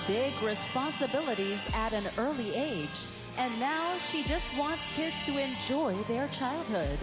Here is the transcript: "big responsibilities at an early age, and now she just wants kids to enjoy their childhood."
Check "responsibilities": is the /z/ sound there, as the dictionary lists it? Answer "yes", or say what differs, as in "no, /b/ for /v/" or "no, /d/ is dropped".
yes